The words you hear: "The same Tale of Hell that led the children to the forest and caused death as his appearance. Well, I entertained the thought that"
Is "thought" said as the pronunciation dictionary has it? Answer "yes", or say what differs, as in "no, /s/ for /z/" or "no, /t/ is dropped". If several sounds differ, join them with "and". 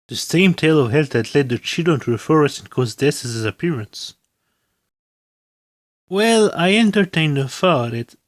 no, /f/ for /θ/